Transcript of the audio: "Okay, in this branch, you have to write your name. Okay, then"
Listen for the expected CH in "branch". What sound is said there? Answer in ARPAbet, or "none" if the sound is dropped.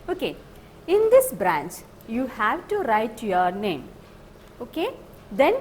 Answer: CH